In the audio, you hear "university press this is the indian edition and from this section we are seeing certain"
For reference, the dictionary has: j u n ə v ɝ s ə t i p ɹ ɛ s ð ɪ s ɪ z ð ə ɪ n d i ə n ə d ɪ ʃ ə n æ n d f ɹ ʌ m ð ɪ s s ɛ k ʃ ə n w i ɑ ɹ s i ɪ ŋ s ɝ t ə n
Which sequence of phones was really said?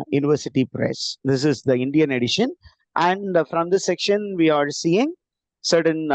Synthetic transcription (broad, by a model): j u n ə v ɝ s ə t i p ɹ ɛ s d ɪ s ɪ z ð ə ɪ n d i ə n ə d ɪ ʃ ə n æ n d f ɹ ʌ m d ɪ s s ɛ k ʃ ə n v i ɑ ɹ s i ɪ ŋ s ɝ t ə n